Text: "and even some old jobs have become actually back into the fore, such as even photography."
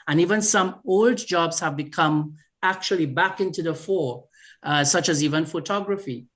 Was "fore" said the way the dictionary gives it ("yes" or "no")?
yes